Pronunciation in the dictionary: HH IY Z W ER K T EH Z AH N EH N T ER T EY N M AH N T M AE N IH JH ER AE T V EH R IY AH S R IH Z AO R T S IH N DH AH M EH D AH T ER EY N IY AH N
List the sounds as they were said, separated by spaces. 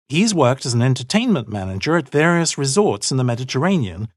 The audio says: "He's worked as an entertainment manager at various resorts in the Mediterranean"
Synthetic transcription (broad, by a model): HH IY Z W ER K T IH Z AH N EH N T ER T EY N M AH N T M AE N IH JH ER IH T V EH R IY AH S R IH Z AO R T S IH N DH AH M EH D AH T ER EY N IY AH N